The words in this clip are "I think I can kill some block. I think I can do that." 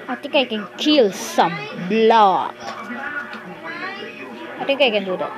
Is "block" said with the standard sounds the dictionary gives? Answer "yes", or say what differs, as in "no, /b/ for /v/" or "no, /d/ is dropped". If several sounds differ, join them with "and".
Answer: yes